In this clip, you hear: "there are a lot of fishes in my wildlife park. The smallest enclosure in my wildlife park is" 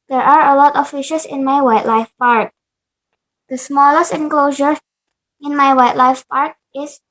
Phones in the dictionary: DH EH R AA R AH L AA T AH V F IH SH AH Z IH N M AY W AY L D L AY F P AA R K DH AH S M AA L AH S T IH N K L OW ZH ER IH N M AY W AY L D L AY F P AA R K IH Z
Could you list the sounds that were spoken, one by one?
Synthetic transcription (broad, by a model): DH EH R AA R AH L AA T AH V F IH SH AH S IH N M AY W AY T L AY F P AA R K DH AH S M AA L AH S T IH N K L OW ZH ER IH N M AY W AY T L AY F P AA R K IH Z